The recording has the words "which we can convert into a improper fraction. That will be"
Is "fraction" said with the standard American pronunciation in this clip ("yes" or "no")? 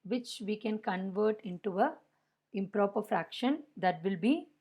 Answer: yes